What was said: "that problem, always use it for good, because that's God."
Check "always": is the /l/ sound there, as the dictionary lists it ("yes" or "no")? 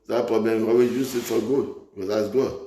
no